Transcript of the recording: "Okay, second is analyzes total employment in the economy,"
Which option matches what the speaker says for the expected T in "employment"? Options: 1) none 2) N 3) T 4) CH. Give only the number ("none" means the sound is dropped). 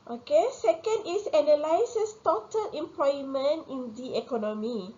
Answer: 3